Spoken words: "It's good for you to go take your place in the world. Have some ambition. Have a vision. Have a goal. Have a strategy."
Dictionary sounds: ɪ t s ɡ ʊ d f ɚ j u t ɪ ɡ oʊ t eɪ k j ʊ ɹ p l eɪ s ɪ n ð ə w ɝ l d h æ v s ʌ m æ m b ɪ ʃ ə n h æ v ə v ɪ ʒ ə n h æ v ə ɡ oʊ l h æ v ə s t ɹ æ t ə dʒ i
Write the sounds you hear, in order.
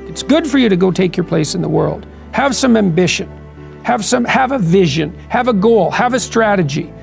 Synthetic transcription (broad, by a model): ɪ t s ɡ ʊ d f ɚ j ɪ t ɪ ɡ oʊ t eɪ k j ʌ ɹ p l eɪ s ɪ n ð ə w ɝ l d h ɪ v s ʌ m æ m b ɪ ʃ ə n h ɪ v ə v ɪ ʒ ə n h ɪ v ə ɡ oʊ l h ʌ v ə s t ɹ æ t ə dʒ i